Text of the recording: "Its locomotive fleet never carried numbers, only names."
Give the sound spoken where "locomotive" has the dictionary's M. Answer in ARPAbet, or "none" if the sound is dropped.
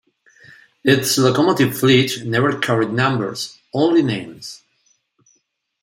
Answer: M